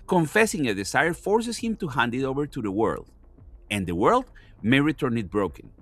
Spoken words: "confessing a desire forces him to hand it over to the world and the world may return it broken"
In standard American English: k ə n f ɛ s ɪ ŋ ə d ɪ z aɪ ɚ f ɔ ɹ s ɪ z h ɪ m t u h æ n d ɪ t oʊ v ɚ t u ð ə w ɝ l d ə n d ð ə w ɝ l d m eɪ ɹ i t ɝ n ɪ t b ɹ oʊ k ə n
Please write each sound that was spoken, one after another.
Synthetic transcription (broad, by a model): k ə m f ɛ s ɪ ŋ ə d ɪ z aɪ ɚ f ɔ ɹ s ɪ s h ɪ m t u h æ n d ɪ t oʊ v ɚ t u ð ə w ɝ l d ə n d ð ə w ɝ l d m eɪ ɹ i t ɝ n ɪ t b ɹ oʊ k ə n